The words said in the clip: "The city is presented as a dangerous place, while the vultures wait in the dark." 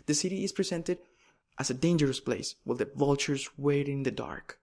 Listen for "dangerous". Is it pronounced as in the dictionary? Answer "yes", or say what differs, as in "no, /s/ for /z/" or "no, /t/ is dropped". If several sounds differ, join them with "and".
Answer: yes